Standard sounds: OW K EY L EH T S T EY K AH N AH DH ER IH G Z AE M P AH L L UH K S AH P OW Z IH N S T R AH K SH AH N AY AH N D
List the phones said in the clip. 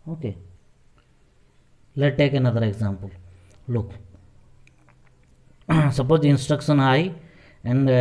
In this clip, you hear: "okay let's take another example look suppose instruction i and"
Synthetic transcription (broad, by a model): OW K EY L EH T T EY K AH N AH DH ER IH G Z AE M P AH L L UH K S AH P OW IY IH N S T R AH K SH AH N AY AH N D